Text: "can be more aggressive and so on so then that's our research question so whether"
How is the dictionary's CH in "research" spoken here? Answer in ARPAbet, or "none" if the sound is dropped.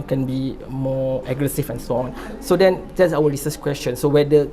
S